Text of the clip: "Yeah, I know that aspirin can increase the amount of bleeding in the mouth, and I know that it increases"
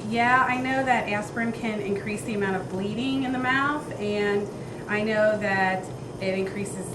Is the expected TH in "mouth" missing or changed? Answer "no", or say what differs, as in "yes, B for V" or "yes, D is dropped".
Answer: no